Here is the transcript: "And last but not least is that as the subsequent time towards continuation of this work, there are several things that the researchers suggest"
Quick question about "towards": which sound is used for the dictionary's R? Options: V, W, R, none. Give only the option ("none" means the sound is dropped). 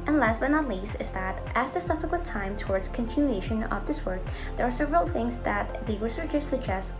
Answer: R